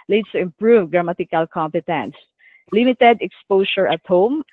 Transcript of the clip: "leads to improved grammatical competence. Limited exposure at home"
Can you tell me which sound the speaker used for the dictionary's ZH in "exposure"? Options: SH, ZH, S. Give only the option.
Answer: S